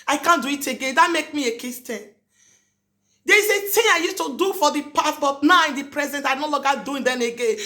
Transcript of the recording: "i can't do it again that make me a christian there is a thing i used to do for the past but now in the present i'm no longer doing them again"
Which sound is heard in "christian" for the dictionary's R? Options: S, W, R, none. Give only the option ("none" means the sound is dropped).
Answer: none